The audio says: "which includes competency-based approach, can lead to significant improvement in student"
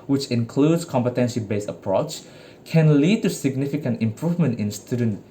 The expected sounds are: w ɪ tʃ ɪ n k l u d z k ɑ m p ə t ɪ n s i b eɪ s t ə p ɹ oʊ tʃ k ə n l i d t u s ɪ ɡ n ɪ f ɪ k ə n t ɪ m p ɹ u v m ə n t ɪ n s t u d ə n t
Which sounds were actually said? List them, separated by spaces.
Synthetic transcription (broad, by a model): w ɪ tʃ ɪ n k l u d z k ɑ m p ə t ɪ n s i b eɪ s ə p ɹ oʊ tʃ k ə n l i d t u s ɪ ɡ n ɪ f ɪ k ə n t ɪ m p ɹ u v m ə n t ɪ n s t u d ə n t